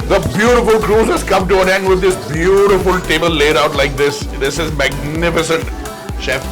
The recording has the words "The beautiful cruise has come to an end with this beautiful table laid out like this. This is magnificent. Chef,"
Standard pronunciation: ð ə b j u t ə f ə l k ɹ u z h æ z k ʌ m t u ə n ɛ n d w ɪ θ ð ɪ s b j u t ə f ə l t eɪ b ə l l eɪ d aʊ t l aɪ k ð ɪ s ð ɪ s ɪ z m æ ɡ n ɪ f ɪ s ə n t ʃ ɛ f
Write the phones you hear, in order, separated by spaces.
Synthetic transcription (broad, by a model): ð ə b j u t ə f ə l k ɹ u z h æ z k ʌ m t u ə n ɛ n d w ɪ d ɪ s b j u t ə f ə l t eɪ b ə l l eɪ d aʊ t l aɪ k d ɪ s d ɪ s ɪ z m æ ɡ n ɪ f ɪ s ə n t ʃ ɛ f